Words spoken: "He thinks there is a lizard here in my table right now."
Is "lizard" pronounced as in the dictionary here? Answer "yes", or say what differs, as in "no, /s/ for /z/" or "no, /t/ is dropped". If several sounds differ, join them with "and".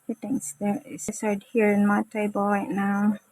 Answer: no, /s/ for /z/